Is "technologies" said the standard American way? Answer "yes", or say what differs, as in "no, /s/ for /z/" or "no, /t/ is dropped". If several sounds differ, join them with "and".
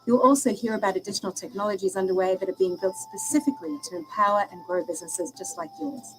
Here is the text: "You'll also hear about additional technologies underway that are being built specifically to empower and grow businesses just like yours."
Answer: yes